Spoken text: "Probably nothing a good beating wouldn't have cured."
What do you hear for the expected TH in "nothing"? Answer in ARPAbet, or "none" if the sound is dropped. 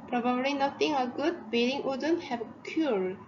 T